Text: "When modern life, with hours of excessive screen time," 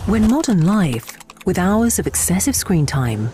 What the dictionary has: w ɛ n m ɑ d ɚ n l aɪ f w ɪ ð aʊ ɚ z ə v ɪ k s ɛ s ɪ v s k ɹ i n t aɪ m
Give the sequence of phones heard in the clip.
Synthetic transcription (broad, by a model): w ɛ n m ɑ d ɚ n l aɪ f w ɪ ð aʊ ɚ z ə v ɪ k s ɛ s ɪ v s k ɹ i n t aɪ m